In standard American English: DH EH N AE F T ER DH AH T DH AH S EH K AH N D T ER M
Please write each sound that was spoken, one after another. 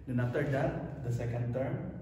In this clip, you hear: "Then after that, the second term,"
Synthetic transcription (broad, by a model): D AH N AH T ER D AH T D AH S EH K AH N D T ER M